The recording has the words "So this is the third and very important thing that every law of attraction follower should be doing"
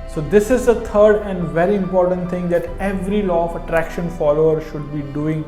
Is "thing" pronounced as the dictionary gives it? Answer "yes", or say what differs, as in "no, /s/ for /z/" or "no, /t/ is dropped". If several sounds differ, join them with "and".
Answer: no, /t/ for /θ/